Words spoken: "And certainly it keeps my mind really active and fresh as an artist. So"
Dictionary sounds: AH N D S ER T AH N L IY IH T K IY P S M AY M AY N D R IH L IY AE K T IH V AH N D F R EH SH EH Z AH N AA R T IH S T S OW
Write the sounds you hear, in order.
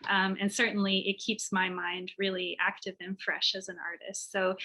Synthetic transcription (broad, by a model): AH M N S ER T N L IY IH T K IY P S M AY M AY N D R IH L IY AE K T IH V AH N F R EH SH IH Z AH N AA R T IH S T S OW